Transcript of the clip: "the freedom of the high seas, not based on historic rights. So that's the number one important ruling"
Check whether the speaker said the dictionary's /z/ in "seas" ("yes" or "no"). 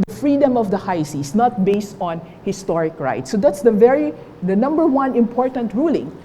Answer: no